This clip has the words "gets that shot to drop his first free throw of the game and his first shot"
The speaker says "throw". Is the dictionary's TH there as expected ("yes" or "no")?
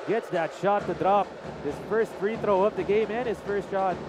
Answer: yes